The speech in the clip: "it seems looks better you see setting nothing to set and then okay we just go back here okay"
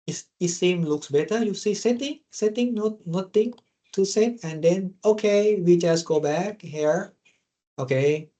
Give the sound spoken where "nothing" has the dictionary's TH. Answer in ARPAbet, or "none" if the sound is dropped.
T